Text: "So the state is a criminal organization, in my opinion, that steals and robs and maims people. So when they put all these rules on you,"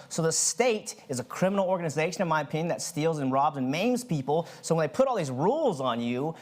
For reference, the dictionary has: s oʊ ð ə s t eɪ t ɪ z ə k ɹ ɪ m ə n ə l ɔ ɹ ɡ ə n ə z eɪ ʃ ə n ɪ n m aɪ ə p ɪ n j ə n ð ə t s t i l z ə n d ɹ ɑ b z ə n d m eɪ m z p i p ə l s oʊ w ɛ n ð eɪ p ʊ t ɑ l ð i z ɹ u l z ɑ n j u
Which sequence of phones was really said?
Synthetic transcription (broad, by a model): s oʊ ð ə s t eɪ t ɪ z ə k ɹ ɪ m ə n l ɔ ɹ ɡ ə n ə z eɪ ʃ ə n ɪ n m aɪ ə p ɪ n j ə n ð ə t s t i l z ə n ɹ ɑ b z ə n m eɪ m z p i p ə l s oʊ w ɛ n ð eɪ p ʊ t ɑ l ð i z ɹ u l z n j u